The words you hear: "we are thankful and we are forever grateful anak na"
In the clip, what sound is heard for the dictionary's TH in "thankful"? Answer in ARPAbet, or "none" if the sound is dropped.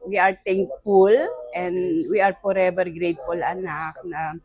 T